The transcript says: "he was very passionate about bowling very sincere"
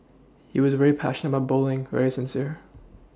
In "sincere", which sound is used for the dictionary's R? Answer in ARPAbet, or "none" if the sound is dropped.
R